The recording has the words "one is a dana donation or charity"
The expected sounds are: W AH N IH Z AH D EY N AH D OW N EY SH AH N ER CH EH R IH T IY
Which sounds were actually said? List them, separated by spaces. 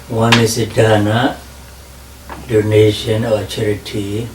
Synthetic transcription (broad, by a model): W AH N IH S AH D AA N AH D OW N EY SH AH N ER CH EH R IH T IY